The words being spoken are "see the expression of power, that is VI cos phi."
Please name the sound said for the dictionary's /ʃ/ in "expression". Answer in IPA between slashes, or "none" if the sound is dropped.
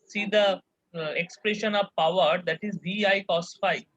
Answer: /ʃ/